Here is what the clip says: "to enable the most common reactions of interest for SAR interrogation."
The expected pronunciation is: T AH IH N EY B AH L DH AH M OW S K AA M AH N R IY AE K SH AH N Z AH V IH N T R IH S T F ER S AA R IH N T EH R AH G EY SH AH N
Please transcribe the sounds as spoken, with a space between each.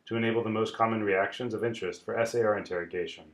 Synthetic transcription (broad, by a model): T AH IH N EY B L DH AH M OW S K AA M AH N R IY AE K SH AH N Z AH V IH N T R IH S T F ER S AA R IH N T EH R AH G EY SH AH N